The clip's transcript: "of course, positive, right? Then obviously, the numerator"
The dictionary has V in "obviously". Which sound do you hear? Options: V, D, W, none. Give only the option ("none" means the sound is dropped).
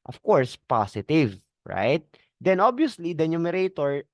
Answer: none